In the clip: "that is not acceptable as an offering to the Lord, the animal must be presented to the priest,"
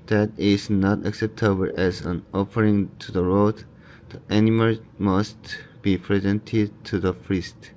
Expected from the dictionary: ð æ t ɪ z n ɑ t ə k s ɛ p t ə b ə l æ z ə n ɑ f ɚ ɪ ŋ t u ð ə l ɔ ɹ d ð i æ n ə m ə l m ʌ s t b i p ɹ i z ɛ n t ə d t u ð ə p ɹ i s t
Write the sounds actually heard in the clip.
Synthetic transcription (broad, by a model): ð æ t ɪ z n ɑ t ə k s ɛ p t ə b ə l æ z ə n ɑ f ɚ ɪ ŋ t u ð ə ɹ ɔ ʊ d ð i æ n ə m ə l m ʌ s t b i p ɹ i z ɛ n t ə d t u ð ə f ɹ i s t